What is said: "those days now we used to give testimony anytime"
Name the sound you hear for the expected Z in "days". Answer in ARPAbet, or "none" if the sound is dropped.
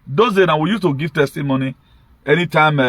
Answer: none